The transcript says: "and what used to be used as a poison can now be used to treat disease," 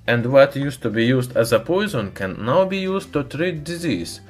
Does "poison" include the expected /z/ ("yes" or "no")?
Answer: yes